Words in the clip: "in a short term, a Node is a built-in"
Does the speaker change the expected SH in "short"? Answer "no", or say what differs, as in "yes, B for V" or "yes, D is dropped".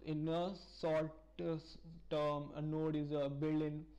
yes, S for SH